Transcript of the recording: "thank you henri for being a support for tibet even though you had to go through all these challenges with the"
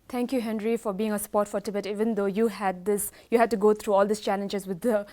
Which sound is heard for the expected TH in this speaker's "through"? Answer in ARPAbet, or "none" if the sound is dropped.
T